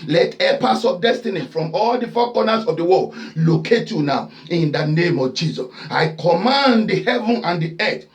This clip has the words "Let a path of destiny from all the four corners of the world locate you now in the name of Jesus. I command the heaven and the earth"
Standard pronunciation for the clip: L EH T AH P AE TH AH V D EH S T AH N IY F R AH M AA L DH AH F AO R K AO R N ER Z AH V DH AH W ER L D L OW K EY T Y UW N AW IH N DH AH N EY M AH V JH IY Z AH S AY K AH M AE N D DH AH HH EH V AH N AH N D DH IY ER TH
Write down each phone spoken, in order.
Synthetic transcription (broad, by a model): L EH T AH P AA S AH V D EH S T AH N IY F R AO M AA L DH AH F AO K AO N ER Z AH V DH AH W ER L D L OW K EY T Y UW N AW IH N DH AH N EY M AH V JH IY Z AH S AY K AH M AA N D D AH HH EH V AH N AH N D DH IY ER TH